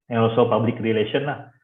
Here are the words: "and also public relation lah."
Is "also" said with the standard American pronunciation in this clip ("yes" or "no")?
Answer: no